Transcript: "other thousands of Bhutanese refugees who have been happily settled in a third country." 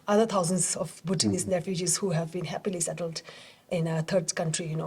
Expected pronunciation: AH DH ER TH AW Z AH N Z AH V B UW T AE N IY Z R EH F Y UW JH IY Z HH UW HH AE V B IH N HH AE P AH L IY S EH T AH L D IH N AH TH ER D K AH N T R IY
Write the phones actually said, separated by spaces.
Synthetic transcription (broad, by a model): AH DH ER T AW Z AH N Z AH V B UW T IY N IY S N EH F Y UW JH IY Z HH UW HH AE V B IH N HH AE P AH L IY S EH T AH L D IH N AH T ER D K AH N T R IY